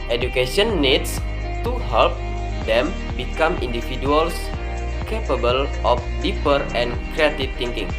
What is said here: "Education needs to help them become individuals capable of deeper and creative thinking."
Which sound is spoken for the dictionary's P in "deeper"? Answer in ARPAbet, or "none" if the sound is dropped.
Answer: P